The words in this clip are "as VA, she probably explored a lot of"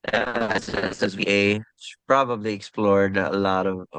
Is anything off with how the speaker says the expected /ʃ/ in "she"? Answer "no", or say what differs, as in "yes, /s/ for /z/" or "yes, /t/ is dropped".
yes, /s/ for /ʃ/